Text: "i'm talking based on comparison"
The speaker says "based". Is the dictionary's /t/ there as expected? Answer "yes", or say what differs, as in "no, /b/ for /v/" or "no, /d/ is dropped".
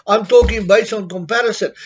no, /t/ is dropped